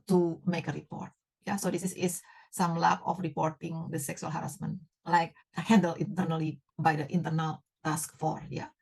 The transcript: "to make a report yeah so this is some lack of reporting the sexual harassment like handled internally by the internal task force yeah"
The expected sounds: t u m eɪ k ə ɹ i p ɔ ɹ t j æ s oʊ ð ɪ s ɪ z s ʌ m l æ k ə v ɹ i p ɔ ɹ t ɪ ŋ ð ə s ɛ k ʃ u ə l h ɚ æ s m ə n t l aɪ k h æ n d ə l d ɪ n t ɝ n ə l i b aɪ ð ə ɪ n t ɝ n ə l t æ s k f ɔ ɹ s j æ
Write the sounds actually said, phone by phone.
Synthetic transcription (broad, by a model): t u m eɪ k ə ɹ i p ɔ ɹ t j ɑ s oʊ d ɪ s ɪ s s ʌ m l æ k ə f ɹ i p ɔ ɹ t ɪ ŋ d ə s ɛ k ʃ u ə l h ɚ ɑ s m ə n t l aɪ k h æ n d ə l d ɪ n t ɝ n ə l i b aɪ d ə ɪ n t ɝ n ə l t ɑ s k f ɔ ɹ j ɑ